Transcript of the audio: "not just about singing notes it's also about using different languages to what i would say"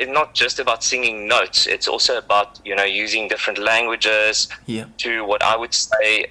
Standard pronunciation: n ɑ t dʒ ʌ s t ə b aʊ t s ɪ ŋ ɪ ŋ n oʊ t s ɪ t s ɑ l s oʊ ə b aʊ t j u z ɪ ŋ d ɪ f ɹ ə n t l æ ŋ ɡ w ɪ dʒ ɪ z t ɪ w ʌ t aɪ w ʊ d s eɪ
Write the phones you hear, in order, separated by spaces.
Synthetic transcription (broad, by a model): n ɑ t dʒ ʌ s t ə b aʊ t s ɪ ŋ ɪ ŋ n oʊ t s ɪ t s ɑ l s oʊ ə b aʊ t j u z ɪ ŋ d ɪ f ɹ ə n t l æ ŋ ɡ w ɪ dʒ ɪ z t ɪ w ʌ t aɪ w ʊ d s eɪ